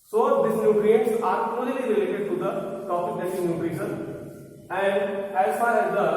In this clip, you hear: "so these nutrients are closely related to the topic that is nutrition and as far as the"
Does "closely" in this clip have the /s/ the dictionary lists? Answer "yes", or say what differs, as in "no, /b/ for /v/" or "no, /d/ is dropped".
no, /s/ is dropped